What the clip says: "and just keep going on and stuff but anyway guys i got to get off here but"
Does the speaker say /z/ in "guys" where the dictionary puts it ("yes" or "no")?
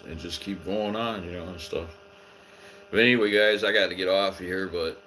yes